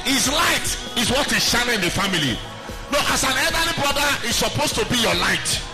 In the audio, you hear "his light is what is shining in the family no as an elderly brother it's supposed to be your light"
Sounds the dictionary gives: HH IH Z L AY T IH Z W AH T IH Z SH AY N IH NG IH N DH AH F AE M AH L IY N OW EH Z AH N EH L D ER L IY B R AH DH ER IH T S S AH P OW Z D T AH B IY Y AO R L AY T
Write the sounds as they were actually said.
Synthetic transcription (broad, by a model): HH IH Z L AY T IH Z W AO T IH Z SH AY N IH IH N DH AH F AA M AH L IY N OW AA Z AH N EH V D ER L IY B R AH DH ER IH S S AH P OW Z T AH B IY Y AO L AY T